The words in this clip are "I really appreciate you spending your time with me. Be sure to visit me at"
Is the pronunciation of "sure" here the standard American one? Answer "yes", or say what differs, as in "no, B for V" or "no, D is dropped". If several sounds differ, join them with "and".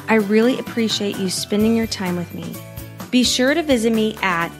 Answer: yes